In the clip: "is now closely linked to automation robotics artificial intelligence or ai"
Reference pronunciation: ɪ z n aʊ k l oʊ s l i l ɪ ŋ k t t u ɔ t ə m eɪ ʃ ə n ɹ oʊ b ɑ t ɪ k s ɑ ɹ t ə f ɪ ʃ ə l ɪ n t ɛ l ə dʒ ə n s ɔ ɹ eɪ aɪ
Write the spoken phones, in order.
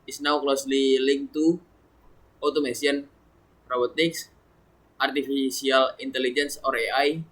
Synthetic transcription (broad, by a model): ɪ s n aʊ k l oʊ s l i l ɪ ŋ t t u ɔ t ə m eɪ s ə n ɹ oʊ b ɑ t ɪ k s ɑ ɹ t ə f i s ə l ɪ n t ɛ l ə dʒ ə n s ɔ ɹ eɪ aɪ